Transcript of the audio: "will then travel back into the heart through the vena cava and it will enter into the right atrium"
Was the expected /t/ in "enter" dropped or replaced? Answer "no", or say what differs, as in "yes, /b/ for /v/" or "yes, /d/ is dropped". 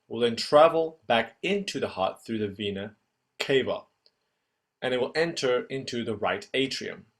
no